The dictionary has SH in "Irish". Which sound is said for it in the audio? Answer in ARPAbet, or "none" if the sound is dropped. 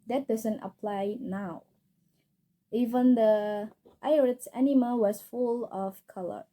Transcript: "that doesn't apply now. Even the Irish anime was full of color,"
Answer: S